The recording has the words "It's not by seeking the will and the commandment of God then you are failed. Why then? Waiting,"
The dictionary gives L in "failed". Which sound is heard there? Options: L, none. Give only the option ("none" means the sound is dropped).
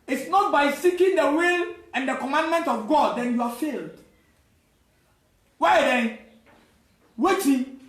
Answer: L